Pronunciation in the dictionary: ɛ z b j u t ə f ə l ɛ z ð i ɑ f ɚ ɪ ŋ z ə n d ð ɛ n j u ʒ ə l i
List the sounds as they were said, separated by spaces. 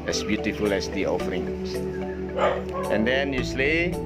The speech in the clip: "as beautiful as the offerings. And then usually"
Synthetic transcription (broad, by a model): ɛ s b j u t ə f ə l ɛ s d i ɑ f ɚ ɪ ŋ ə n d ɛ n j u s l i